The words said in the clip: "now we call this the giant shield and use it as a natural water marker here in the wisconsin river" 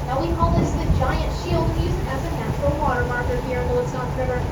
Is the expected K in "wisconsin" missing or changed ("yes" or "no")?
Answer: yes